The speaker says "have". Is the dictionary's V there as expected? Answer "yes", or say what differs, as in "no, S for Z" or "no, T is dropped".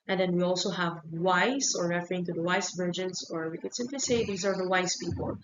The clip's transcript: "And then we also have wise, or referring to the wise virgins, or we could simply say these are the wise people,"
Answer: yes